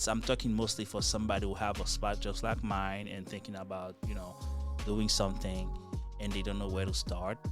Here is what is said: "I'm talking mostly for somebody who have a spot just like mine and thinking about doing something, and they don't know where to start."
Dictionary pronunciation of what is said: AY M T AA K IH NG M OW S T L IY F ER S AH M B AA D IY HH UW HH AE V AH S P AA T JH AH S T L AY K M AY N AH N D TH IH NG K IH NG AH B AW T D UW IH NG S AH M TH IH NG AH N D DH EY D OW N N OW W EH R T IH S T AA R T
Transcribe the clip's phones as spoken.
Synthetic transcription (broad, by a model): AY M T AA K IH NG M OW S T L IY F ER S AH M B AA D IY HH UW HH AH V AH S P AA T JH AH S T L AY K M AY N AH N TH IH NG K IH NG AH B AW T D UW IH NG S AH M TH IH NG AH N DH EY D OW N N OW W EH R T IH S T AA R T